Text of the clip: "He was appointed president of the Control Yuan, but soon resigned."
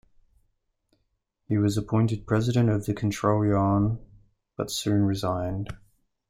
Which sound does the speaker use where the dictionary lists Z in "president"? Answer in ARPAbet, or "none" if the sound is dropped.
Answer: Z